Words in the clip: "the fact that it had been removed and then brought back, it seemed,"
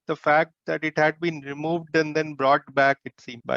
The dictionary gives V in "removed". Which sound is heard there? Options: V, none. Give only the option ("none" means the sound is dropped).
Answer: V